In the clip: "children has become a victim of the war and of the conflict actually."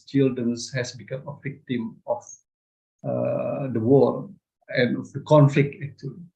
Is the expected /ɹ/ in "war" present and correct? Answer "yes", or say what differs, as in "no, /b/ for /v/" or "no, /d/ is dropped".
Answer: no, /l/ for /ɹ/